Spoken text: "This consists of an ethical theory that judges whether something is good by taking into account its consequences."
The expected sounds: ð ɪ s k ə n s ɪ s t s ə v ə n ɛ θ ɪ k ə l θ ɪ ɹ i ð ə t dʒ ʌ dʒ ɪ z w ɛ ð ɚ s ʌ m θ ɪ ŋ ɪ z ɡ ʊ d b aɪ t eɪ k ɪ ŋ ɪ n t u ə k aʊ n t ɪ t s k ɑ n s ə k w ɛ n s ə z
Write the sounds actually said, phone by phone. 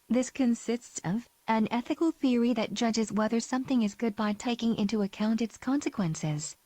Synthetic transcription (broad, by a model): ð ɪ s k ə n s ɪ s t s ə v ə n ɛ θ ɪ k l θ ɪ ɹ i ð ə t dʒ ʌ dʒ ɪ z w ɛ ð ɚ s ʌ m θ ɪ ŋ ɪ z ɡ ʊ d b aɪ t eɪ k ɪ ŋ ɪ n t u ə k aʊ n t ɪ t s k ɑ n s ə k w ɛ n s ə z